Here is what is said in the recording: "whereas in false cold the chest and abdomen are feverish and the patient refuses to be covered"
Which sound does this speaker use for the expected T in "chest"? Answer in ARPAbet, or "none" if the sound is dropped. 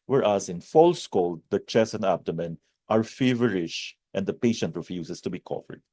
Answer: none